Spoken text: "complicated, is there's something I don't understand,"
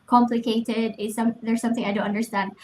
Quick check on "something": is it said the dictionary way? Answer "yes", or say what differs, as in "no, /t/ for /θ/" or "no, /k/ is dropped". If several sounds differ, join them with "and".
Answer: yes